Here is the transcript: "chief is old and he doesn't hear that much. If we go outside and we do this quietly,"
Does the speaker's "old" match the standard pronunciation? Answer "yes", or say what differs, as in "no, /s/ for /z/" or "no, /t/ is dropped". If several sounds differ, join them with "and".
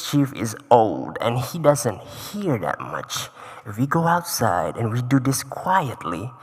yes